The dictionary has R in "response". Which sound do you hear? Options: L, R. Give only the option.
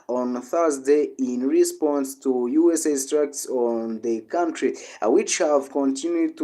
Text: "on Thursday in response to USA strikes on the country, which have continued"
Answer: R